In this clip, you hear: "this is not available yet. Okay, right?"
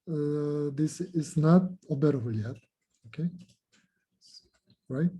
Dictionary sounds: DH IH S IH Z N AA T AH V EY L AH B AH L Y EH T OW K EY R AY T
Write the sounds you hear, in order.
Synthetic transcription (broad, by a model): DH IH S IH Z N AA T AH B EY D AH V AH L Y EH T OW K EY R AY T